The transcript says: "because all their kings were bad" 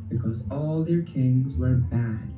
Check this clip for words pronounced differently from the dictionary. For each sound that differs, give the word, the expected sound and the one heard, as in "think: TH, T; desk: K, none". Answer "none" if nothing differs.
none